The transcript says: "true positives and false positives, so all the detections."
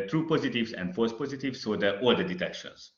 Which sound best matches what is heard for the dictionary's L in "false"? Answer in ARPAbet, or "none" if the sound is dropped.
none